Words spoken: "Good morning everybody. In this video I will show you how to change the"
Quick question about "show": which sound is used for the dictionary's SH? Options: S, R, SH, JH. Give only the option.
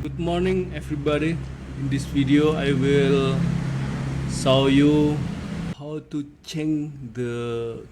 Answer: S